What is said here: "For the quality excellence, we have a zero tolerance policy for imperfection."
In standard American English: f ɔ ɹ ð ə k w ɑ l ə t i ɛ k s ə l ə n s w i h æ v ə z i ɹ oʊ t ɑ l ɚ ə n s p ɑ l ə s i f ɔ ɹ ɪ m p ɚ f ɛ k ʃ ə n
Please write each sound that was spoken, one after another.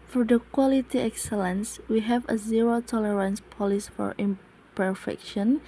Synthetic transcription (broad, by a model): f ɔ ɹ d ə k w ɑ l ə t i ɛ k s ə l ə n s w i h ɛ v ə z i ɹ oʊ t ɑ l ɚ ə n s p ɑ l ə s f ɔ ɹ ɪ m p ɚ f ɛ k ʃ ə n